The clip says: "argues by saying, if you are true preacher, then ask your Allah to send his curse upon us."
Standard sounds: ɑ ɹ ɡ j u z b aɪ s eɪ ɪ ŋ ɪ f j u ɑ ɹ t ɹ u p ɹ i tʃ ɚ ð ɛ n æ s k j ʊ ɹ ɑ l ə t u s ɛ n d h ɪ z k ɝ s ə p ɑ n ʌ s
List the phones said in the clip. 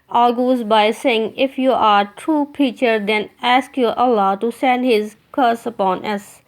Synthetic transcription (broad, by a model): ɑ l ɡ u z b aɪ s eɪ ɪ ŋ ɪ f j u ɑ ɹ t ɹ u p i tʃ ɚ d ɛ n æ s k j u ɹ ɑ l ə t u s ɛ n d h ɪ z k ɝ s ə p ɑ n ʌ s